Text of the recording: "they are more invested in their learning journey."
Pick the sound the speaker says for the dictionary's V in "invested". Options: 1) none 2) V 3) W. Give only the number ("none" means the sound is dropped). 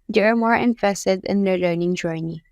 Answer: 1